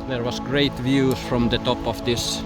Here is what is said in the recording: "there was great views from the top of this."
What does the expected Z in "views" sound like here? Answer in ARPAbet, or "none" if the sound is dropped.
none